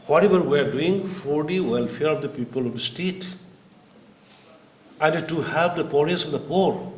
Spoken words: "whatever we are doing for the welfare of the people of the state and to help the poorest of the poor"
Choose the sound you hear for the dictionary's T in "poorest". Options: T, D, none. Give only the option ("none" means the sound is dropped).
none